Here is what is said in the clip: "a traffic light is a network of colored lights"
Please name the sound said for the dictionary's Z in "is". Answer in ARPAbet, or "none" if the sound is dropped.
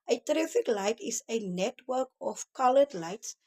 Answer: S